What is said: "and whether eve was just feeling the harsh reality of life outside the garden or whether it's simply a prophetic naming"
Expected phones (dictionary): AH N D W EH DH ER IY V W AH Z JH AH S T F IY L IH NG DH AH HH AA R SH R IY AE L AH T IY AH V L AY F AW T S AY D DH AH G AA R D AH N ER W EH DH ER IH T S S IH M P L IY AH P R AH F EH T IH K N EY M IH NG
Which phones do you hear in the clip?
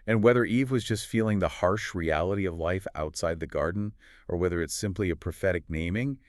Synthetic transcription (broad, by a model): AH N W EH DH ER IY V W AH Z JH AH S T F IY L IH NG DH AH HH AA R SH R IY AE L AH T IY AH V L AY F AW T S AY D DH AH G AA R D N ER W EH DH ER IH T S S IH M P L IY AH P R AH F EH T IH K N EY M IH NG